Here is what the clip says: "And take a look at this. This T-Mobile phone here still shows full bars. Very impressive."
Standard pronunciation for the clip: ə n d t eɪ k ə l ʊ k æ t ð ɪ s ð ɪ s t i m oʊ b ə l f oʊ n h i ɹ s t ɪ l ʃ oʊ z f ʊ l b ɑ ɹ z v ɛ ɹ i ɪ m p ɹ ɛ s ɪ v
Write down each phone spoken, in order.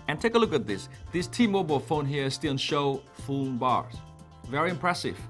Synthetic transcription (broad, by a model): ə n t eɪ k ə l ʊ k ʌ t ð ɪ s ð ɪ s t i m oʊ b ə l f oʊ n h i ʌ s t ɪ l ʃ oʊ f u n b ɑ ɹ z v ɛ ɹ i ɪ m p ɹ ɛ s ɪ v